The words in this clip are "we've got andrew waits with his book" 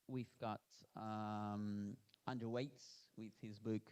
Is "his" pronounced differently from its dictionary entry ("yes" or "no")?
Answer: no